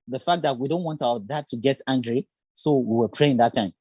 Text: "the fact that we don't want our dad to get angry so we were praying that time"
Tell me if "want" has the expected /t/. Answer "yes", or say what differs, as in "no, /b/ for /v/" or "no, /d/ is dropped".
yes